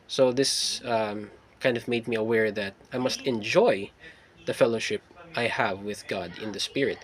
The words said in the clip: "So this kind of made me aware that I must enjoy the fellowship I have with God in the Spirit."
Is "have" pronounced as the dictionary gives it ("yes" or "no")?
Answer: yes